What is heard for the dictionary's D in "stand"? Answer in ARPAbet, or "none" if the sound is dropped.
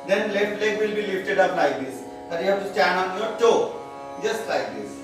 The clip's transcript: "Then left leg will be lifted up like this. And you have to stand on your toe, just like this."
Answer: none